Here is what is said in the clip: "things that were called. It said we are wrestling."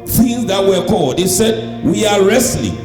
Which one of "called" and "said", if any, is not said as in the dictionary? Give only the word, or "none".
none